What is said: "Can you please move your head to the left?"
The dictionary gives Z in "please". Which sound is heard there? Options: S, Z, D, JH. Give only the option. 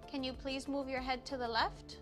Z